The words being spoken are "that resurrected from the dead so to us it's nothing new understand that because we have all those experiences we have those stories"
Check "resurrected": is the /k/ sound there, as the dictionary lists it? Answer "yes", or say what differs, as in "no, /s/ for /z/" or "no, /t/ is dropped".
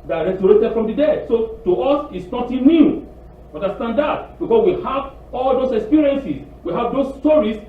no, /k/ is dropped